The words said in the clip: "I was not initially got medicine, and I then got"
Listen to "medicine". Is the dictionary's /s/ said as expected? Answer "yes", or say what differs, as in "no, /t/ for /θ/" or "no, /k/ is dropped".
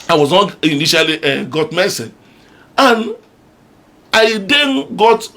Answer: no, /s/ is dropped